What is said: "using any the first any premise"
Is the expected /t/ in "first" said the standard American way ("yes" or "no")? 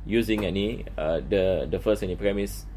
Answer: no